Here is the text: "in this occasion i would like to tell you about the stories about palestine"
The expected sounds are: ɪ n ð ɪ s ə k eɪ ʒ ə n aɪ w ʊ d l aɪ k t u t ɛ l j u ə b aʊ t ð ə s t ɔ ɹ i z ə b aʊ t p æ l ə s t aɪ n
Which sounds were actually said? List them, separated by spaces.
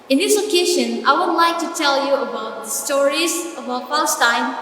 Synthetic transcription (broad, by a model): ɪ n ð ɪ s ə k eɪ ʃ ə n aɪ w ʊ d l aɪ k t u t ɛ l j u ə b aʊ t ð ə s t ɔ ɹ i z ə b aʊ t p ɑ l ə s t aɪ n